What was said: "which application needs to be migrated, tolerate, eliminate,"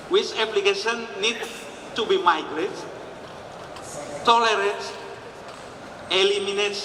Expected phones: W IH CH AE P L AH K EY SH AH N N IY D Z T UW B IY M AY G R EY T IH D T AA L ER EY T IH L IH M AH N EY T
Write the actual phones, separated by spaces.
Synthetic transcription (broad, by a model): W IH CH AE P L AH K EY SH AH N N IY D T UW B IY M AY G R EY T T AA L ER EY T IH L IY M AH N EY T